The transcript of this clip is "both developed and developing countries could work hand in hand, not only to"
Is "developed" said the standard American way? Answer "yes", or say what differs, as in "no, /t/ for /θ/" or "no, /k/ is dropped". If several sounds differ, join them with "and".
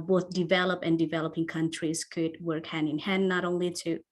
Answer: no, /t/ is dropped